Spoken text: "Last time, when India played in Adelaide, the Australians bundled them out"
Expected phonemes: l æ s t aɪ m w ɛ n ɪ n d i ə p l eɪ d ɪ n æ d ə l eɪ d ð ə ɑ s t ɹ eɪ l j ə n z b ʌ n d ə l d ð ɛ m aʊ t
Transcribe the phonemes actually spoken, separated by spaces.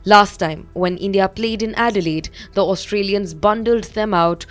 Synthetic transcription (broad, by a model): l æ s t aɪ m w ɛ n ɪ n d i ə p l eɪ d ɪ n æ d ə l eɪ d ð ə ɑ s t ɹ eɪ l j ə n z b ʌ n d ə l d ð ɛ m aʊ t